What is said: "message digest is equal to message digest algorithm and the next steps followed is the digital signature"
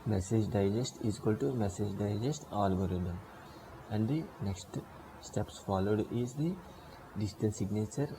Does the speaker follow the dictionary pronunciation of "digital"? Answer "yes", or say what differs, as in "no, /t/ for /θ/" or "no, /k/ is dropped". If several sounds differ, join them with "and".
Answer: no, /n/ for /l/